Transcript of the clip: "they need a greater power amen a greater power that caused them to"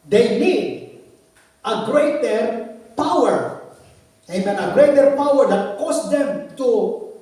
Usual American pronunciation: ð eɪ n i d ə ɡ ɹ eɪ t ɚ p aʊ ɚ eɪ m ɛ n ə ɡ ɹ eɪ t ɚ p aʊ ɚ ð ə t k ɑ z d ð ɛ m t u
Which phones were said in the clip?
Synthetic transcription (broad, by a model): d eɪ n i d ə ɡ ɹ eɪ t ɚ p aʊ ɚ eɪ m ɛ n ə ɡ ɹ eɪ t ɚ p aʊ ɚ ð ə t k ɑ s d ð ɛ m t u